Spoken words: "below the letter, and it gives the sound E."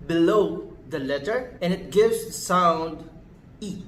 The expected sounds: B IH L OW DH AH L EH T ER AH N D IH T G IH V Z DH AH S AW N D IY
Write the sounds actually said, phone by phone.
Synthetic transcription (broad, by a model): B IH L OW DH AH L EH T ER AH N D IH T G IH V Z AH S AW N D IY